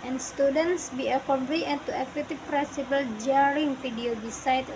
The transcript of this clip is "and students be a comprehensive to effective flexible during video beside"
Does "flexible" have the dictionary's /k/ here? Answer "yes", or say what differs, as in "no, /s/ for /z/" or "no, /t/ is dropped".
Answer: no, /k/ is dropped